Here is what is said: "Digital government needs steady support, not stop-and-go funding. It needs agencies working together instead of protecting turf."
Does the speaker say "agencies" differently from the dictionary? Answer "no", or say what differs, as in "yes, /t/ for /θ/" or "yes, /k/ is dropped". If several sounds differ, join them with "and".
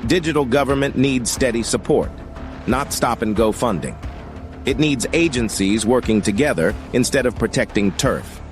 no